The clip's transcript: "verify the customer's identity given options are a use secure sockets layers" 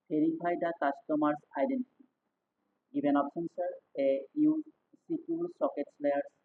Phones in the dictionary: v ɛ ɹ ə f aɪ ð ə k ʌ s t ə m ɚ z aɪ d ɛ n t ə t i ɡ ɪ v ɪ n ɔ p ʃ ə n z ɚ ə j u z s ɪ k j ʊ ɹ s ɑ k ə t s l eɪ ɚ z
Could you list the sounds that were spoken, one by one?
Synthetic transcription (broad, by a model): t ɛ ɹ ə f aɪ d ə k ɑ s t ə m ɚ s aɪ d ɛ n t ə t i ɡ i b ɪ n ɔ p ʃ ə n s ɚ ə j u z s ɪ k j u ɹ s ɑ k ə t s l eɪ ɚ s